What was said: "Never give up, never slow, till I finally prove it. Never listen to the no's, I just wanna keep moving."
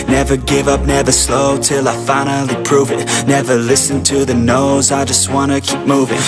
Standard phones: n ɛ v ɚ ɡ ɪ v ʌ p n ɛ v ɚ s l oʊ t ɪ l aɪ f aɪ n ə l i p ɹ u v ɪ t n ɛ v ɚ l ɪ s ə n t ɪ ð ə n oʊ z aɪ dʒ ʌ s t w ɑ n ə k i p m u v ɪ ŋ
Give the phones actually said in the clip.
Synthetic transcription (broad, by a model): n ɛ v ɚ ɡ ɪ v ʌ p n ɛ v ɚ s l oʊ t ɪ l aɪ f aɪ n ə l i p ɹ u v ɪ t n ɛ v ɚ l ɪ s ə n t ɪ ð ə n oʊ z aɪ dʒ ʌ s t w ɑ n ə k i p m u v ɪ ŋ